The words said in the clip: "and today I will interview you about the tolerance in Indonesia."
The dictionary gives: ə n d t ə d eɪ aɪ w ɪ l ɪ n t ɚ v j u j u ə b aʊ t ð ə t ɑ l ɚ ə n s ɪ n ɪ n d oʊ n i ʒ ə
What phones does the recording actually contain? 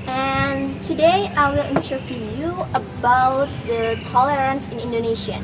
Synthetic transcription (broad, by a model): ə n t ə d eɪ aɪ w ɪ l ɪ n s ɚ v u j u ə b aʊ t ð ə t ɑ l ɚ ə n s ɪ n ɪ n d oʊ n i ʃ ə